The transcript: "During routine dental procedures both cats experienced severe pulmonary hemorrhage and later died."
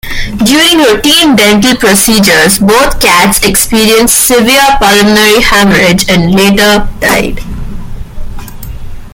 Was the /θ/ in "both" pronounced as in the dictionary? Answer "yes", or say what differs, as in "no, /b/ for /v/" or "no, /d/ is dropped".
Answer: no, /t/ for /θ/